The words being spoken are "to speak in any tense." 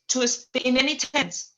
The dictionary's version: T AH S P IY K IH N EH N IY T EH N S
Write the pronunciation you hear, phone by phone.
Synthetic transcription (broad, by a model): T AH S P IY IH N EH N IY T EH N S